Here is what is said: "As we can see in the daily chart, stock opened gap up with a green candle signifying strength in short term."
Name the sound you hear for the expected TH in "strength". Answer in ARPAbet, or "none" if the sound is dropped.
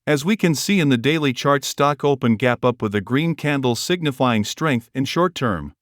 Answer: TH